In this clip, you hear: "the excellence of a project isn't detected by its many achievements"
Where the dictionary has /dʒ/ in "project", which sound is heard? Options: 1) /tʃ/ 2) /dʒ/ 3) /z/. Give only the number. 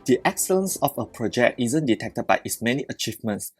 2